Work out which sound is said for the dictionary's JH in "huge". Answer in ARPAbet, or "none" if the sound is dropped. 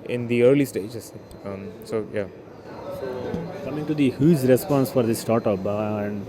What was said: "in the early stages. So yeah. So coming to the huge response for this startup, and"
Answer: Z